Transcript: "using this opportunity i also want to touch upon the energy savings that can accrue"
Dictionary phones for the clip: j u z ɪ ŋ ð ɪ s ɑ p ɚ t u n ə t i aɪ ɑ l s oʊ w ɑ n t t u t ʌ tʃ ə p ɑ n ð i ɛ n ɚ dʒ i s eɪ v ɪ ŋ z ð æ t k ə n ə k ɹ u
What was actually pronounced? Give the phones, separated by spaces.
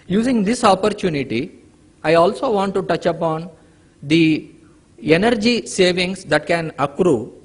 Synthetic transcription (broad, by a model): j u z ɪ ŋ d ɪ s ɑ p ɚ t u n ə t i aɪ ɑ l s oʊ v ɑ n t t u t ʌ tʃ ə p ɑ n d i ɛ n ɚ dʒ i s eɪ v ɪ ŋ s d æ t k ə n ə k ɹ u